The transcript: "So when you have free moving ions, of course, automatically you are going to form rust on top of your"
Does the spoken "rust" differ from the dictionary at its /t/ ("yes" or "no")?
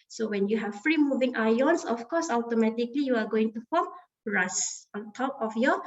yes